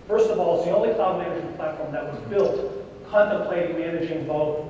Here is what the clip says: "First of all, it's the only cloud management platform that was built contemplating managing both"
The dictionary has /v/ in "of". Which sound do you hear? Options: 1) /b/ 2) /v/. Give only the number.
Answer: 2